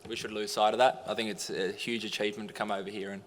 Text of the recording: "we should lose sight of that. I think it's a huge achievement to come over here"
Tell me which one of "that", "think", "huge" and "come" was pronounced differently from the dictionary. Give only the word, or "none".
none